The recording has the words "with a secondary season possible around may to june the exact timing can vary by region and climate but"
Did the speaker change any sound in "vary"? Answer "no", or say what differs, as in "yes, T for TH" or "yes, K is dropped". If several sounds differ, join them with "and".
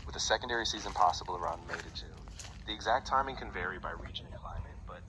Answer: no